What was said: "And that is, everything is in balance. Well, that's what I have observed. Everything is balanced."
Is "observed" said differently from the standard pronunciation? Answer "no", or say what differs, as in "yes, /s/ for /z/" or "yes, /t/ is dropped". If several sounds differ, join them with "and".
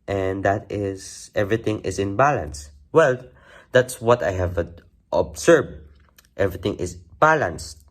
yes, /s/ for /z/